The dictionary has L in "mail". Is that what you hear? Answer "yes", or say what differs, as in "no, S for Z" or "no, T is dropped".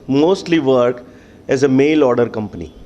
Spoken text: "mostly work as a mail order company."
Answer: yes